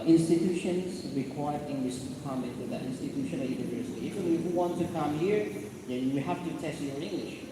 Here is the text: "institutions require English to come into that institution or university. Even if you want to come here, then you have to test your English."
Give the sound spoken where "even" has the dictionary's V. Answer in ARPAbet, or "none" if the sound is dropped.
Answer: F